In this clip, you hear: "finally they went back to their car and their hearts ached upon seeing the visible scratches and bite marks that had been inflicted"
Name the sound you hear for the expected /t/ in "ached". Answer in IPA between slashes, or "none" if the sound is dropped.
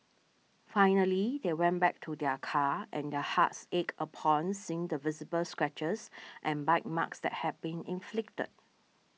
none